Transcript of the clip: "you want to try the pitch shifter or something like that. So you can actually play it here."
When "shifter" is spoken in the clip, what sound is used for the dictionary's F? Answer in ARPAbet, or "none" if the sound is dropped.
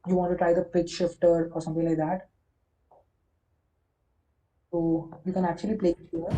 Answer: F